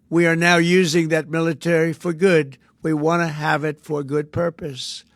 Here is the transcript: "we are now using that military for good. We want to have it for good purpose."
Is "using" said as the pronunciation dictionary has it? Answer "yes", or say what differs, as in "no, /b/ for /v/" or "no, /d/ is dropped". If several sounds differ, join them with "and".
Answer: yes